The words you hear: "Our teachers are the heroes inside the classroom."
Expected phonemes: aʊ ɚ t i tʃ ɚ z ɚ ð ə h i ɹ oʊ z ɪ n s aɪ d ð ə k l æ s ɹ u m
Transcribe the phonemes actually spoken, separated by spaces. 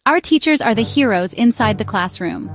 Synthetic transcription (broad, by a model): aʊ ɚ t i tʃ ɚ z ɚ ð ə h i ɹ oʊ z ɪ n s aɪ d ð ə k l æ s ɹ u m